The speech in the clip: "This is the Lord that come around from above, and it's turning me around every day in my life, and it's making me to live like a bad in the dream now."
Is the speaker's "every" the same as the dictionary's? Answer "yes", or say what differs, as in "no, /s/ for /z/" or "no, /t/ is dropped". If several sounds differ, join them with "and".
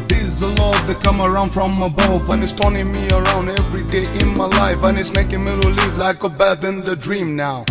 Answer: yes